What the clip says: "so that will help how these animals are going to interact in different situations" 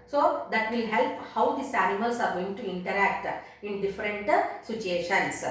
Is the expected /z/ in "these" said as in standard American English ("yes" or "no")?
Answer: no